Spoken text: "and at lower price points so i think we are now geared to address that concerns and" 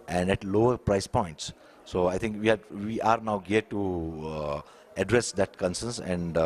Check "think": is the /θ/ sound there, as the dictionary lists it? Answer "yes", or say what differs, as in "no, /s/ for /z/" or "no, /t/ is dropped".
no, /t/ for /θ/